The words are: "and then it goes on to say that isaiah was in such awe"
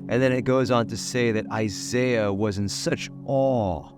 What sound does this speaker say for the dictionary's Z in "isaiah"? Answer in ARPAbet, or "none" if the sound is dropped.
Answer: Z